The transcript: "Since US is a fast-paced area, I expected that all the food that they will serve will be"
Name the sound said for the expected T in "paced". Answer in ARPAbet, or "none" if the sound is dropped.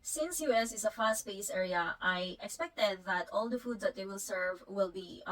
none